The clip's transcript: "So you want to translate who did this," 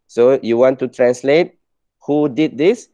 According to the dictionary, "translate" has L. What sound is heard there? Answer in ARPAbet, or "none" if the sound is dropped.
L